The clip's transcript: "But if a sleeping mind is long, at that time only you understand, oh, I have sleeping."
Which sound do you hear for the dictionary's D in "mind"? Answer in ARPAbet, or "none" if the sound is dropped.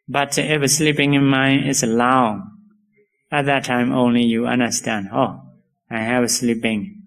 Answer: none